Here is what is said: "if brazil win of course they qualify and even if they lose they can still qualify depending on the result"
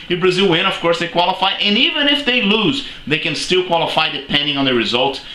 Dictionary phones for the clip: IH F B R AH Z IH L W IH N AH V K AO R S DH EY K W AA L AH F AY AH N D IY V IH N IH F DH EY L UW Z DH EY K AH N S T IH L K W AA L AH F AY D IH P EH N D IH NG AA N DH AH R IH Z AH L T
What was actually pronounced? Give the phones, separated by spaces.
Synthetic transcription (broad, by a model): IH B R AH Z IH L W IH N AH V K AO R S DH EY K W AA L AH F AY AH N IY V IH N IH F DH EY L UW Z DH EY K AH N S T IH L K W AA L AH F AY D IH P EH N D IH NG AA N DH AH R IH Z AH L T